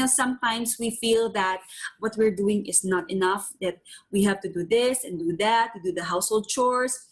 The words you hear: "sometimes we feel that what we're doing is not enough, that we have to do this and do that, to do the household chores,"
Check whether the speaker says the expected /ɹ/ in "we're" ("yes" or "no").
yes